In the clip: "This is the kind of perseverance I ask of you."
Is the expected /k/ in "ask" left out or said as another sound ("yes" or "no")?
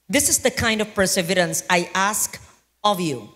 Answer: no